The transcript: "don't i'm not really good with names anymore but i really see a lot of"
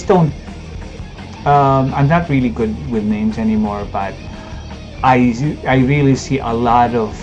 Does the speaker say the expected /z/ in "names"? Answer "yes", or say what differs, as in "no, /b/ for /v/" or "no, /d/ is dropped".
yes